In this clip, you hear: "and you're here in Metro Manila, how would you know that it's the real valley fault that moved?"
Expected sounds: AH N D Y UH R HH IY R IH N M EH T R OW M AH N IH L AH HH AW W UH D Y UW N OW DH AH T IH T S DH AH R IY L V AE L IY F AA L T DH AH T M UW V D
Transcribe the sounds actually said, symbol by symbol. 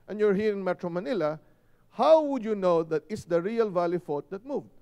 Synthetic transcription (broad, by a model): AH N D Y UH R HH IY R IH N M EH T R OW M AH N IH L AH HH AW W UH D Y UW N OW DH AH T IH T S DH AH R IY L V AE L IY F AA T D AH T M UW V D